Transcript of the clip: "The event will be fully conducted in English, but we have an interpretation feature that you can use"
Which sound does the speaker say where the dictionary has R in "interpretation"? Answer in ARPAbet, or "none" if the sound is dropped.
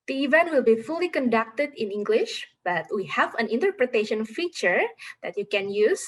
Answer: R